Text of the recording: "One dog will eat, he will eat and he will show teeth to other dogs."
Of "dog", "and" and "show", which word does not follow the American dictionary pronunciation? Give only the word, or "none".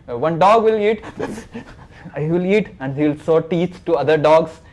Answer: show